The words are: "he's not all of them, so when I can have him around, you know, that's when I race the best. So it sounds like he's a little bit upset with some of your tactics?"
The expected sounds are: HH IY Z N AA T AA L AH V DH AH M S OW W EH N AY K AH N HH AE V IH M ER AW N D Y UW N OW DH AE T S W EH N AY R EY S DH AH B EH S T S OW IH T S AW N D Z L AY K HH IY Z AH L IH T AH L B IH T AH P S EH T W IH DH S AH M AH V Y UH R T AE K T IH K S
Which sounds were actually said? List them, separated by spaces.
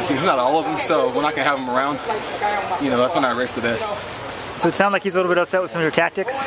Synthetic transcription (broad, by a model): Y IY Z N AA T AA L AH V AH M S OW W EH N AY K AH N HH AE V IH M ER AW N D Y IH N OW DH AE T S W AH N AY R EY S DH AH B EH S T S OW IH T S AW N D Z L AY K HH IY Z AH L IH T L B IH T AH P S EH T W IH DH S AH M AH V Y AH R T AE K T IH K S